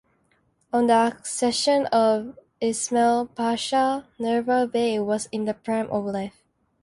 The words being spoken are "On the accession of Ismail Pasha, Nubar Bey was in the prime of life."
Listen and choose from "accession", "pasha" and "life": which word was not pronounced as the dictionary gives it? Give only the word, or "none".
none